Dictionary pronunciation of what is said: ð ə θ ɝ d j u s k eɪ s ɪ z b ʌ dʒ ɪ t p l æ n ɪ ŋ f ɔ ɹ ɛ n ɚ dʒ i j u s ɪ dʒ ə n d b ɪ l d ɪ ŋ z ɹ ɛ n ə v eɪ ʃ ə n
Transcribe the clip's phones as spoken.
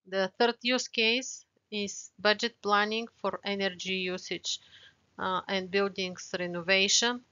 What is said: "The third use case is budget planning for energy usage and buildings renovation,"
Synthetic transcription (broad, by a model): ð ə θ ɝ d j u s k eɪ s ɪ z b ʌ dʒ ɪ t p l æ n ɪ ŋ f ɔ ɹ ɛ n ɚ dʒ i j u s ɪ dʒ ə n d b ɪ l d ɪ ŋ s ɹ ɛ n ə v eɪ ʃ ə n